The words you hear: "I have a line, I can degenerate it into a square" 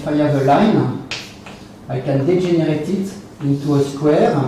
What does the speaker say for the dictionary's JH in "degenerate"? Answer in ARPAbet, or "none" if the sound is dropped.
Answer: ZH